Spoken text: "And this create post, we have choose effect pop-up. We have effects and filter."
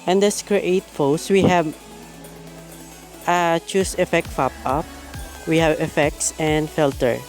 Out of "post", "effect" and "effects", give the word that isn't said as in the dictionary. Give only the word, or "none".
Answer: post